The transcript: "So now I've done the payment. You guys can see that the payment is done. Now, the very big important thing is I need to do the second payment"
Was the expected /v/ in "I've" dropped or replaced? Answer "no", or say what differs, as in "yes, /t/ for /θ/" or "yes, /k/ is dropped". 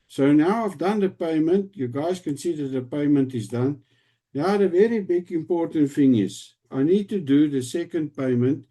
yes, /f/ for /v/